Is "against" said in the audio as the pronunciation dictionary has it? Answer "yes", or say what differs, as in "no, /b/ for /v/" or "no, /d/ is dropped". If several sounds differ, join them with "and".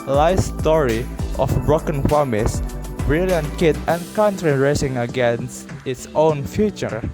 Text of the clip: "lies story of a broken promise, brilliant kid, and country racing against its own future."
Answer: yes